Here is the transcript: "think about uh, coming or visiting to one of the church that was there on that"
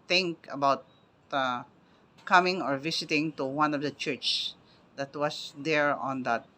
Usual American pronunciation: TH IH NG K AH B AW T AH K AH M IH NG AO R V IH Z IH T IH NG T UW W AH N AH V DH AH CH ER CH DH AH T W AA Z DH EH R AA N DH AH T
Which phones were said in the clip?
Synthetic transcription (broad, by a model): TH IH NG K AH B AW T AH K AH M IH NG AO R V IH S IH T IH NG T UW W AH N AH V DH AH CH ER CH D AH T W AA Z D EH R AA N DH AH T